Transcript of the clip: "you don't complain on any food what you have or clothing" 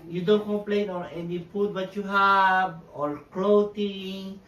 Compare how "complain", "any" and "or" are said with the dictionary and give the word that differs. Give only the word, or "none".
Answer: or